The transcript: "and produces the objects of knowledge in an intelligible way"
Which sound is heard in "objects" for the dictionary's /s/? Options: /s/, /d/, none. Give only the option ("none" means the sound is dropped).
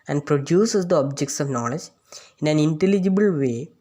/s/